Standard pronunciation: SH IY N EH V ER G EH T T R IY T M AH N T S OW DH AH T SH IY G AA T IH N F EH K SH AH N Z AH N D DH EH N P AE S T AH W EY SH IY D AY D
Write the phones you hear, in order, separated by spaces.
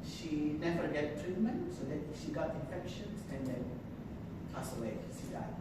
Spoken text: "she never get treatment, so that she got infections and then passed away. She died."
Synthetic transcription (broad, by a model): SH IY N EH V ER G EH T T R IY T M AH N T S OW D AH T SH IY G AA T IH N F EH K SH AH N S AH N D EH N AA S AH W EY SH IY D AY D